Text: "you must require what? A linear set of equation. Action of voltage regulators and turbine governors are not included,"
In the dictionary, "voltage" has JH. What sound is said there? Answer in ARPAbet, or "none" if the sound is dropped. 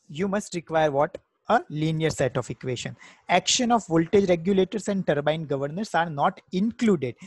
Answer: JH